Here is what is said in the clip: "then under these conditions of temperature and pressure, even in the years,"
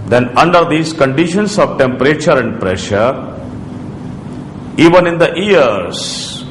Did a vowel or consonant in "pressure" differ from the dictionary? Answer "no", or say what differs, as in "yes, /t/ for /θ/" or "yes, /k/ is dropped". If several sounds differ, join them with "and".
no